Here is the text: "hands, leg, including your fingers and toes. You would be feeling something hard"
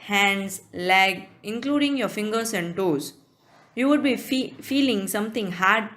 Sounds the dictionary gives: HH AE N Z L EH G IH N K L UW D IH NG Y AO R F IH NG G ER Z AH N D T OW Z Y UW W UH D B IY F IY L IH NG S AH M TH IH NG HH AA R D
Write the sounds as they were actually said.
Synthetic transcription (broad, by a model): HH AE N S L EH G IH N K L UW D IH NG Y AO F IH NG G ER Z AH N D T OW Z Y UW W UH D B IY F IY L IH NG S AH M T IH NG HH AA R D